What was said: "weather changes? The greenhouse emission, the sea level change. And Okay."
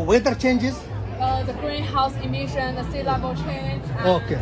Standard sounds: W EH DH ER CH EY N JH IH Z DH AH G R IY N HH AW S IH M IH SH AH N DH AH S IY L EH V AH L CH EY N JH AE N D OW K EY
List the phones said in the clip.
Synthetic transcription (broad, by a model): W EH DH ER CH EY N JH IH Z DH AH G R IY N HH AW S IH M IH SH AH N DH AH S IY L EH B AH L CH EY N JH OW K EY